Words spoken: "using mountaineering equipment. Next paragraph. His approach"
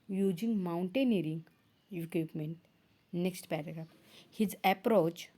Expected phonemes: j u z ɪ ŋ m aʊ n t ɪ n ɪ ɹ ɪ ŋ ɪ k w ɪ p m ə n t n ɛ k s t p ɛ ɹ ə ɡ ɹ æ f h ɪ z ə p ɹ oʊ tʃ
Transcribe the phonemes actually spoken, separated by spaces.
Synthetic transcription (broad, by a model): j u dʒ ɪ ŋ m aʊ n t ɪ n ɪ ɹ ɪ ŋ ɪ k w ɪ p m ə n t n ɛ k s t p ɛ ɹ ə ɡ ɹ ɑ p h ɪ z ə p ɹ oʊ tʃ